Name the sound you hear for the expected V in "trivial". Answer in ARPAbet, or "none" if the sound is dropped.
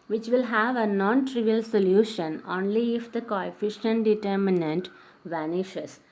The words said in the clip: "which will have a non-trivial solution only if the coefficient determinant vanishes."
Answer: V